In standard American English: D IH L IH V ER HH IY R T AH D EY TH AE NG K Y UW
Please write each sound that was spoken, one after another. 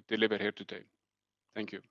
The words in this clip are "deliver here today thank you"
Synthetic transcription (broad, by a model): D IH L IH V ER HH IY R T AH D EY T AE NG K Y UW